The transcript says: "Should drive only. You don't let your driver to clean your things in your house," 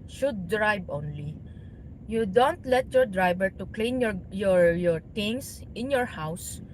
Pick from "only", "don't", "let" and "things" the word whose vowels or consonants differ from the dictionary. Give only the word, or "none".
things